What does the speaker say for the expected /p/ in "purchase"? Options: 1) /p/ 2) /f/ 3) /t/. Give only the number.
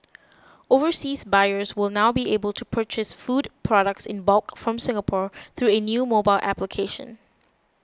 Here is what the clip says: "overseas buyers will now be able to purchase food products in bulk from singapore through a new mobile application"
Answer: 1